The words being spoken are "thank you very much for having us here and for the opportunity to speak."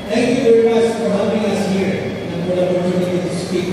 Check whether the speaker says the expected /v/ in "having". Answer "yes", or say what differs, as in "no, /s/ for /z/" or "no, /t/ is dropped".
no, /p/ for /v/